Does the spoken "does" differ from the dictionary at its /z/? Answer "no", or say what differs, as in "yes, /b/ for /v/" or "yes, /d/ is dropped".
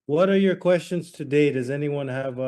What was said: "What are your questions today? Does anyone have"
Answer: no